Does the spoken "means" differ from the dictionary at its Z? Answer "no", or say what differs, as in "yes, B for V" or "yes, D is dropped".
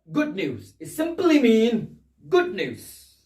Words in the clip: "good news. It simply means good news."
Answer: yes, Z is dropped